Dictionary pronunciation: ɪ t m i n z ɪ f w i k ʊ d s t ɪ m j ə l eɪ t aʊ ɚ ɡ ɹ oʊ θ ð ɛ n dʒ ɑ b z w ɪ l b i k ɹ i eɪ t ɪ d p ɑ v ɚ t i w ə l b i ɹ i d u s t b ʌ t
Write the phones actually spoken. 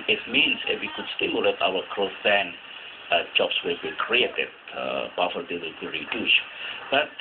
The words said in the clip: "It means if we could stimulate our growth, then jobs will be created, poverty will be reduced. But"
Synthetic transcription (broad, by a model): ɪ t m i n s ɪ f w i k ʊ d s t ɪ m j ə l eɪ t aʊ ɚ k ɹ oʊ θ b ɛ n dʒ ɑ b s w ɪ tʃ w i k ɹ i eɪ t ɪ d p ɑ f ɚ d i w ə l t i ɹ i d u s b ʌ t